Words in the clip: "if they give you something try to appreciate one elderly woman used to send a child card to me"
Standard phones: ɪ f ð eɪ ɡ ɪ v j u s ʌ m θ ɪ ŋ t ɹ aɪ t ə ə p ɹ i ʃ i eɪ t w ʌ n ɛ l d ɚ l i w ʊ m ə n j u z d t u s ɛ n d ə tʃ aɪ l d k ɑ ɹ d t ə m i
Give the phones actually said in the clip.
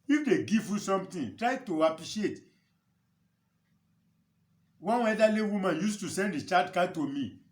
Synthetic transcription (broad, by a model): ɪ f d eɪ ɡ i v j u s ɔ m t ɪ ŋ t ɹ aɪ t ə ə p ɹ i ʃ i eɪ t w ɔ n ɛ d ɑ l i w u m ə n j u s t u s ɛ n d ə tʃ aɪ d k ɑ t ə m i